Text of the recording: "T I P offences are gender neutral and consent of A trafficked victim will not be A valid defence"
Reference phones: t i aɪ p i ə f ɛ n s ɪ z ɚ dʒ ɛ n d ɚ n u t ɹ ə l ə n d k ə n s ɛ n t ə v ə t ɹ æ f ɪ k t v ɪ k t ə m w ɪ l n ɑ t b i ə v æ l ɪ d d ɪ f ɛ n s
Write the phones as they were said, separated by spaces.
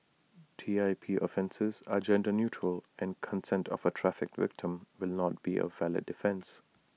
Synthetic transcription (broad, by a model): t i aɪ p i ə f ɛ n s ɪ z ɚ dʒ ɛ n d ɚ n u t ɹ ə l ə n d k ə n s ɛ n t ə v ə t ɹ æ f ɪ k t v ɪ k t ə m w ɪ l n ɑ t b i ə v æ l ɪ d d ɪ f ɛ n s